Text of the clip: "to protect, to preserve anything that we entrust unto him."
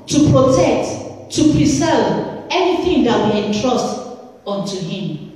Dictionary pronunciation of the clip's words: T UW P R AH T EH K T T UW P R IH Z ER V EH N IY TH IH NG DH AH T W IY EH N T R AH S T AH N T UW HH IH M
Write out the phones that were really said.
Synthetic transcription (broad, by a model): T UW P R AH T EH K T T UW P R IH S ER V EH N IY TH IH NG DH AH T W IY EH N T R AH S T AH N T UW HH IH M